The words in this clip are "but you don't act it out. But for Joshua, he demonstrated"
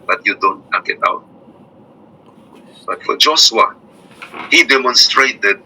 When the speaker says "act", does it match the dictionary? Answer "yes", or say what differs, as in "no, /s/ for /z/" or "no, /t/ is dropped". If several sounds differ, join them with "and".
no, /t/ is dropped